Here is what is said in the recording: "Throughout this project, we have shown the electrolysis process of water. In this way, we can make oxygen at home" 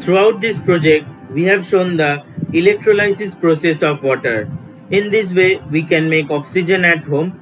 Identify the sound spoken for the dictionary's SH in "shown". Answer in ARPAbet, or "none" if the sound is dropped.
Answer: SH